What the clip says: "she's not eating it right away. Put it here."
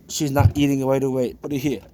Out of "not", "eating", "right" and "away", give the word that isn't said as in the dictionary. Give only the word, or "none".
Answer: right